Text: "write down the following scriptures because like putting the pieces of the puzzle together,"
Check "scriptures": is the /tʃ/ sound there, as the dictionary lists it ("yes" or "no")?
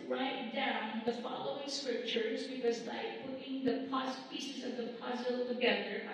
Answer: yes